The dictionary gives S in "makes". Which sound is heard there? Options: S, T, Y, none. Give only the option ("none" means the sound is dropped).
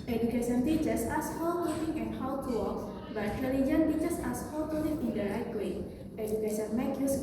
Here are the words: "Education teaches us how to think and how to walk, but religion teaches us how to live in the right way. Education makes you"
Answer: none